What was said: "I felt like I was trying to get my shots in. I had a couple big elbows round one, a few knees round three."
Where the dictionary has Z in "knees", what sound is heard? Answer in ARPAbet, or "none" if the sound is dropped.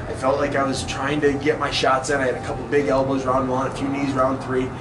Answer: Z